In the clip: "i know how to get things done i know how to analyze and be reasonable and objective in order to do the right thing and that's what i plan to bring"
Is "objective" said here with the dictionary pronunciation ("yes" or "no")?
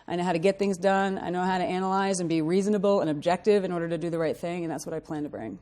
yes